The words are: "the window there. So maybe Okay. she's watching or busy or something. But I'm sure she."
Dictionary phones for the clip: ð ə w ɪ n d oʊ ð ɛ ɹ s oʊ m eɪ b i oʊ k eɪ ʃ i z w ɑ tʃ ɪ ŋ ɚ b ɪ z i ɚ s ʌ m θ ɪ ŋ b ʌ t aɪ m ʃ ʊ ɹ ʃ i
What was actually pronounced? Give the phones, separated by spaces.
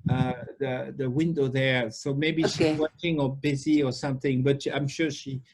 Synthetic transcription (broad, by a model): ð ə w ɪ n d oʊ ð ɛ ɹ s oʊ m eɪ b i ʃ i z w ɑ tʃ ɪ ŋ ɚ b ɪ z i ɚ s ʌ m θ ɪ ŋ b ʌ t aɪ m ʃ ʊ ɹ ʃ i